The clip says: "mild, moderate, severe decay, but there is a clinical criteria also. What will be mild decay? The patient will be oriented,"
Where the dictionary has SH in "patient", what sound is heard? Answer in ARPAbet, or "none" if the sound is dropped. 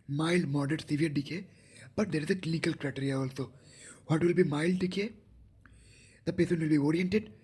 S